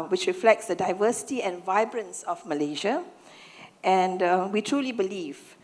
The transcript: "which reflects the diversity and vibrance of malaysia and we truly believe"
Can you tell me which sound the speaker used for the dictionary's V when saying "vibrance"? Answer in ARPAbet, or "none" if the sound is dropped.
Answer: V